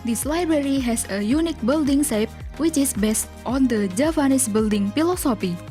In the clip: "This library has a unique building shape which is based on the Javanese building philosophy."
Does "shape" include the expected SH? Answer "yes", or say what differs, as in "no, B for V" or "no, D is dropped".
no, S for SH